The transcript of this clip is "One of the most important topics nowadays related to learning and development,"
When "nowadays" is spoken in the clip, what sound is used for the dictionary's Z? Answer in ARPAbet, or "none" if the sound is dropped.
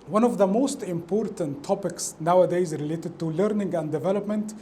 Z